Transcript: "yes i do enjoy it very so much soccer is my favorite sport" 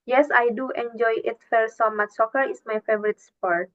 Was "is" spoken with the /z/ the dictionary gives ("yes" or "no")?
no